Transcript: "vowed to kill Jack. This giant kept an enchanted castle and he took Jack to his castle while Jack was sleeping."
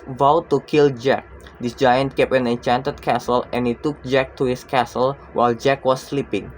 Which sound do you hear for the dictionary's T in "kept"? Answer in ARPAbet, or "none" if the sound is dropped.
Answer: none